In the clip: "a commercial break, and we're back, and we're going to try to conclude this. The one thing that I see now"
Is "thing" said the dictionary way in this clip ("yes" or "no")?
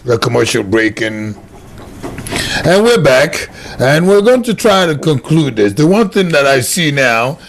yes